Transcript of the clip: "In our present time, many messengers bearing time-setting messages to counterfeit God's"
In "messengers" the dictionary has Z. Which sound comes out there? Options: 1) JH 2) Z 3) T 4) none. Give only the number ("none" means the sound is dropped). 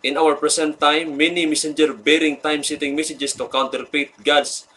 4